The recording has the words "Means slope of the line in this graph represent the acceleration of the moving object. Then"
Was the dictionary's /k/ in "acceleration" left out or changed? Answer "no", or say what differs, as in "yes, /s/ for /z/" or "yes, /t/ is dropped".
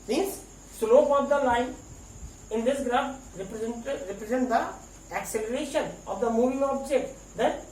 no